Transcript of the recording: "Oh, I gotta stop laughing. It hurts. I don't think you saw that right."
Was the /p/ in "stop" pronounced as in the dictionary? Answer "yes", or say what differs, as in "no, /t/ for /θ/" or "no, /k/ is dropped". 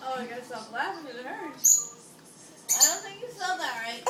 no, /b/ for /p/